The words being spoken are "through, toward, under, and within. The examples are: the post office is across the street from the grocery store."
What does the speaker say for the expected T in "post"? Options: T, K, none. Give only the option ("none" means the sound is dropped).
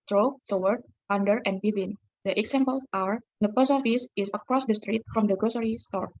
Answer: none